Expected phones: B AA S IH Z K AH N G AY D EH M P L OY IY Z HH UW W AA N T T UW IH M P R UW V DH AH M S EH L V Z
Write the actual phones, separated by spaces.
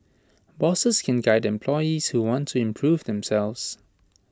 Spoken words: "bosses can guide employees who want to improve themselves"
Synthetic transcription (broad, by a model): B AA S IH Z K AH N G AY D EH M P L OY IY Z HH UW W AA N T T UW IH M P R UW V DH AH M S EH L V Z